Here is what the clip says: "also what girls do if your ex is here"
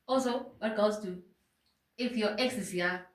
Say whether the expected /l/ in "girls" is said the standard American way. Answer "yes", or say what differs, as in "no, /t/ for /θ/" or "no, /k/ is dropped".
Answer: no, /l/ is dropped